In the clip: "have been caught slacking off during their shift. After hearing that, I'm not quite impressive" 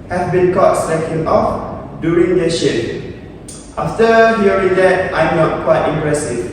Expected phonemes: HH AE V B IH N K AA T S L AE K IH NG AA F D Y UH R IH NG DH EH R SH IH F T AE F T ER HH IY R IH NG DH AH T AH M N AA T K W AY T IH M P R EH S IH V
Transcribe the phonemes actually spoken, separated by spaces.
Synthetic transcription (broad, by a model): HH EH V B IH N K AA T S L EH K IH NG AA F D Y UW R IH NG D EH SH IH P T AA F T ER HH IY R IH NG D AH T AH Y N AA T K W AY T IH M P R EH S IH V